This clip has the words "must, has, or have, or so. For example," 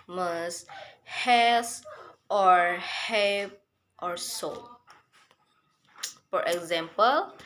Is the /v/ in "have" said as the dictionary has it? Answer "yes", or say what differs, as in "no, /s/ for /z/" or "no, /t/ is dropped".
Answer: no, /p/ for /v/